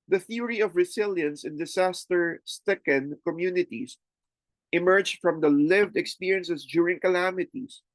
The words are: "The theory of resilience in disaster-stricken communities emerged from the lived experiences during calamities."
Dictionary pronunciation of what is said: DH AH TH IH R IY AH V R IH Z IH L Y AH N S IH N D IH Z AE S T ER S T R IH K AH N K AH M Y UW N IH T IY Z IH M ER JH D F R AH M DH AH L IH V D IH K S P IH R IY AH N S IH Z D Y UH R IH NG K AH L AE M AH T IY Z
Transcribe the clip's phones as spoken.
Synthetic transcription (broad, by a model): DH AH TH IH R IY AH V R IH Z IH L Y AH N S IH N D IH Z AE S T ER S T IH K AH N K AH M Y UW N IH T IY S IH M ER JH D F R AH M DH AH L IH V D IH K S P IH R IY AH N S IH S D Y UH R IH NG K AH L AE M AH T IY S